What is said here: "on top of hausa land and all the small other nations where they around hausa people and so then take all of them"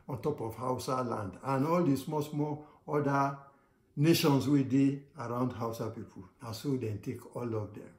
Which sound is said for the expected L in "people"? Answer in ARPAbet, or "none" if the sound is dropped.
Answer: N